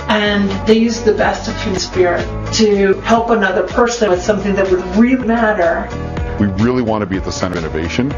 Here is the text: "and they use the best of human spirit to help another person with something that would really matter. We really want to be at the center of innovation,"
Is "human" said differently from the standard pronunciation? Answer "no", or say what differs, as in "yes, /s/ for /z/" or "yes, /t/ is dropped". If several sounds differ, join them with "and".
yes, /m/ is dropped